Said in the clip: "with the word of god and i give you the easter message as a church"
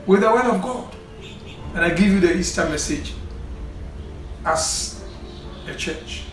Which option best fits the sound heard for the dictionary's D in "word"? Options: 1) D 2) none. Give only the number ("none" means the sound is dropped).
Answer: 2